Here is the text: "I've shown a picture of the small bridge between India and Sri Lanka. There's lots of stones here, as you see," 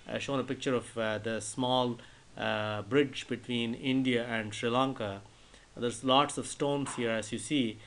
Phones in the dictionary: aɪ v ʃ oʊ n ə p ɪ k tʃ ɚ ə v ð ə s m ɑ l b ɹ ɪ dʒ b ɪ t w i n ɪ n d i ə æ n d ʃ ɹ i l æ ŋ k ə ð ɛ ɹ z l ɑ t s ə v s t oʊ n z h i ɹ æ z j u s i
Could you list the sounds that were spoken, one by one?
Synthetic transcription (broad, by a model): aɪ ʃ oʊ n ə p ɪ k tʃ ɚ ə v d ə s m ɑ l b ɹ ɪ dʒ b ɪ t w i n ɪ n d i ə æ n d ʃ ɹ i l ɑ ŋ k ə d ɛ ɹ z l ɑ t s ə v s t oʊ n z h i ɹ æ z j u s i